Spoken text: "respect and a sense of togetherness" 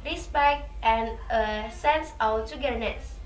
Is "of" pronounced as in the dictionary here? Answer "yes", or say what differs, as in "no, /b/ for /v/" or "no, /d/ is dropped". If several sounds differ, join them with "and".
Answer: no, /w/ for /v/